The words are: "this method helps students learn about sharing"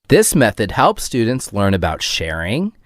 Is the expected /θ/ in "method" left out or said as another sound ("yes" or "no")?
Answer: no